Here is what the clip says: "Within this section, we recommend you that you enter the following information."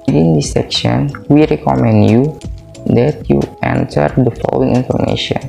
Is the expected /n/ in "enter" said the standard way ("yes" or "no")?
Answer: yes